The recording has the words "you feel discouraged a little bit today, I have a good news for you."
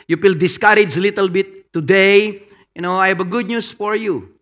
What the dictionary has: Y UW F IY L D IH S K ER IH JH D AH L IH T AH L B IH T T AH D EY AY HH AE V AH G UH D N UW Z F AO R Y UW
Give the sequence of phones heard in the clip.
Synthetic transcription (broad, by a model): Y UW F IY L D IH S K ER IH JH AH L IH T AH L B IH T T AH D EY AY HH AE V AH G UH D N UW S F AO R Y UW